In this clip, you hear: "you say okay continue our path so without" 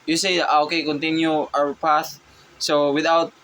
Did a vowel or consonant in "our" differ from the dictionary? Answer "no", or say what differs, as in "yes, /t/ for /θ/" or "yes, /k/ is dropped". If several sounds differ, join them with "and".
yes, /w/ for /ɹ/